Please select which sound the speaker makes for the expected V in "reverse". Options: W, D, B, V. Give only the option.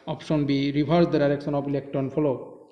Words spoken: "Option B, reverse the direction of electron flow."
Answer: B